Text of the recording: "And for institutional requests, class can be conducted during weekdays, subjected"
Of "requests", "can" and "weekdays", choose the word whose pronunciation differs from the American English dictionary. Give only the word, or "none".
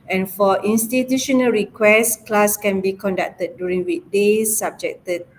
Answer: weekdays